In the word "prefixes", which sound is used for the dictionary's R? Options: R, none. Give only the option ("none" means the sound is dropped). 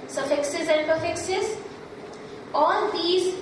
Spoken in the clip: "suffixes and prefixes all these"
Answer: none